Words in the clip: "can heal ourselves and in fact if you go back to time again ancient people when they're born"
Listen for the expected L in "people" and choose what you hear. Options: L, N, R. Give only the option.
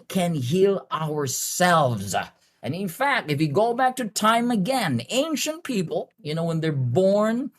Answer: N